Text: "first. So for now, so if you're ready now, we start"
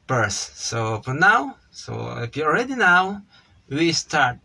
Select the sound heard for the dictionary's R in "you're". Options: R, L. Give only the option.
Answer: L